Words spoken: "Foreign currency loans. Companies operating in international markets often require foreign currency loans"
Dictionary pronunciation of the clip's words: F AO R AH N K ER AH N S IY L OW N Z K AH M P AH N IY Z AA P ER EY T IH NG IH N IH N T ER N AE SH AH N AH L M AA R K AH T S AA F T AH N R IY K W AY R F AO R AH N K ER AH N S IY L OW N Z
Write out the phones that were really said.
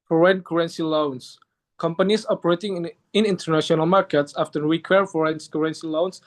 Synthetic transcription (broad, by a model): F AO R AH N K ER AH N S IY L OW N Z K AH M P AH N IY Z AA P ER EY T IH NG IH N IH N T ER N AE SH AH N AH L M AA R K AH T S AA F T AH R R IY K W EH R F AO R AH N K ER AH N S IY L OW N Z